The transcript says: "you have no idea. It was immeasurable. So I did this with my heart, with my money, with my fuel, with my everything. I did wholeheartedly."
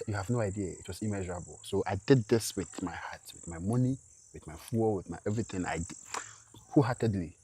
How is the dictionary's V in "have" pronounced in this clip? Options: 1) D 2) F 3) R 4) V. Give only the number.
4